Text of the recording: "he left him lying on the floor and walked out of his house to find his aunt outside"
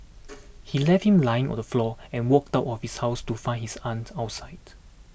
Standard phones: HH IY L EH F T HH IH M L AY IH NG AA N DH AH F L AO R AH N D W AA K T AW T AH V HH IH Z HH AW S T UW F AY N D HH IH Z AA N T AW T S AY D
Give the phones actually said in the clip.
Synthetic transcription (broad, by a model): HH IY L EH F T HH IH M L AY IH NG AA N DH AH F L AO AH N W AA K T AW T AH F HH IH S HH AW S T UW F AY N HH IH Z AA N T AW T S AY D